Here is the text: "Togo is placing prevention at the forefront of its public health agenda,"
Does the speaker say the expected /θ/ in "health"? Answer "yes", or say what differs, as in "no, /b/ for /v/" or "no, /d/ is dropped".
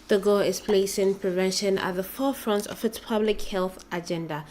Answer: yes